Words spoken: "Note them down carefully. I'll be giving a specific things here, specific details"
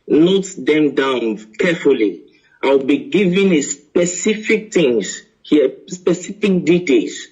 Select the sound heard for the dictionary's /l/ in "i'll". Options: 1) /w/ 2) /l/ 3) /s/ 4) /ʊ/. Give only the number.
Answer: 1